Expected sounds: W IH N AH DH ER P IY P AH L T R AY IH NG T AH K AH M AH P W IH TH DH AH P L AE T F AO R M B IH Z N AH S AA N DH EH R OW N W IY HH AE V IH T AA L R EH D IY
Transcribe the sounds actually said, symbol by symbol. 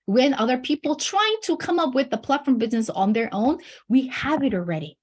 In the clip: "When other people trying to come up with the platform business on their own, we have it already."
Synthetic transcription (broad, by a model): W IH N AH DH ER P IY P L T R AY IH NG T AH K AH M AH P W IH DH AH P L AE T F AO R M B IH Z N AH S N DH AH R OW N W IY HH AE V IH T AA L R EH D IY